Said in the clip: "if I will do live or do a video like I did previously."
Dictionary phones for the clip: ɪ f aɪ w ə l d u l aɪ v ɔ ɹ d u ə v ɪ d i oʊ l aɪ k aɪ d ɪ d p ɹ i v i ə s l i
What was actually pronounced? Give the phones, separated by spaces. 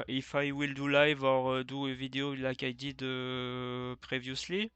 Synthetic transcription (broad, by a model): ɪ f aɪ w ə l d u l aɪ v ɔ ɹ d u ə v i d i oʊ l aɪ k aɪ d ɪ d p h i v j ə s l i